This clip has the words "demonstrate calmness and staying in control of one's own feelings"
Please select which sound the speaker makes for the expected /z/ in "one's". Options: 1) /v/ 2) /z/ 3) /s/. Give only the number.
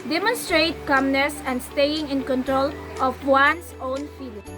3